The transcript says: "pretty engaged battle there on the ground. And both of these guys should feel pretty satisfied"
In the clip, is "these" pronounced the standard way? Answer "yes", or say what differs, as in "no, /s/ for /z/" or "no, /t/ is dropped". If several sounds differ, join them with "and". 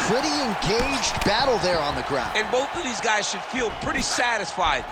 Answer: yes